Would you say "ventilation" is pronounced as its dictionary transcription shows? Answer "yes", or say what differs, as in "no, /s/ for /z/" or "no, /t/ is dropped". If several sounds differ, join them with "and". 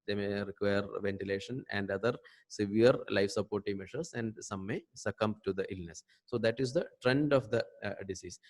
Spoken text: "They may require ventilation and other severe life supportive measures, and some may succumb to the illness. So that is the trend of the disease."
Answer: yes